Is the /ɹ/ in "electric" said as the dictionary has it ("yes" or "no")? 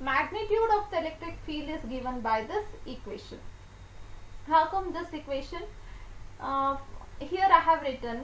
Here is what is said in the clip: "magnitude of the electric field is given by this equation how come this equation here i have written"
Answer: yes